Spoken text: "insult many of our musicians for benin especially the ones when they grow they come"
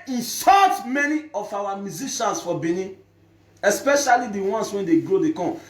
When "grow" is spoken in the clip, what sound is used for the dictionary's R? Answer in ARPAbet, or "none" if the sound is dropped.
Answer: R